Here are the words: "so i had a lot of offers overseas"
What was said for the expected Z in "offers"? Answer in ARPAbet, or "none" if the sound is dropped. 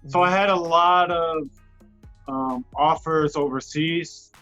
Z